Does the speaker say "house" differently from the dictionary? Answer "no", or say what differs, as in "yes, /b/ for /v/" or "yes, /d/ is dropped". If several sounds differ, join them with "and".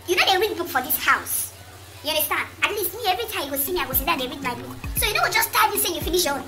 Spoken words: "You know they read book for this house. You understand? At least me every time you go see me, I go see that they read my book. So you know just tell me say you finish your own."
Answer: no